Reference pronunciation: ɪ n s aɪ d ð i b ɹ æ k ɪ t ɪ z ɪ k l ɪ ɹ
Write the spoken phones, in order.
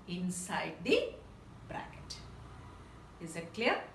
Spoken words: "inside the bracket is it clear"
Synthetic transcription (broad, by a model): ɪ n s aɪ d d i b ɹ æ k ɪ t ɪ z ɪ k l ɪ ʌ